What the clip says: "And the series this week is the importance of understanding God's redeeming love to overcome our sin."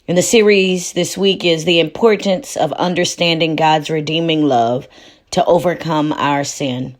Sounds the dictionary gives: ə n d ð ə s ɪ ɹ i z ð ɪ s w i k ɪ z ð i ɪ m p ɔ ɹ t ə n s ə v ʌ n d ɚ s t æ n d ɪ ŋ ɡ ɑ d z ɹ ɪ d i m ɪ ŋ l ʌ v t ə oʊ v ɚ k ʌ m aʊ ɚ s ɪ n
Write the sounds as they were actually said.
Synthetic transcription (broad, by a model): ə n ð ə s ɪ ɹ i z ð ɪ s w i k ɪ z ð i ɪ m p ɔ ɹ t n s ə v ʌ n d ɚ s t æ n d ɪ ŋ ɡ ɑ d z ɹ ɪ d i m ɪ ŋ l ʌ v t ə oʊ v ɚ k ʌ m aʊ ɚ s ɪ n